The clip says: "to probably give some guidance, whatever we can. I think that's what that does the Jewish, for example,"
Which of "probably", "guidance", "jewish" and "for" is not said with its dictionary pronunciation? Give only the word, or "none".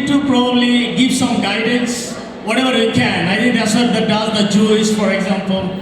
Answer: jewish